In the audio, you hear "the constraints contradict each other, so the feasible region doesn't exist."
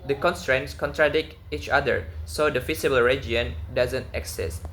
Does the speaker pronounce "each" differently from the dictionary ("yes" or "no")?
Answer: no